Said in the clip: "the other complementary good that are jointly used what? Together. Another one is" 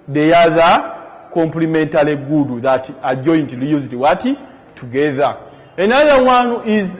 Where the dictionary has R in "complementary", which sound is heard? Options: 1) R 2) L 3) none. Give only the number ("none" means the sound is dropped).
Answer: 2